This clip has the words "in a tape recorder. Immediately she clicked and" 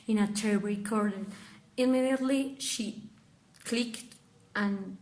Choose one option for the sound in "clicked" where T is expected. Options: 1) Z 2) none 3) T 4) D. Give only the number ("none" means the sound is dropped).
3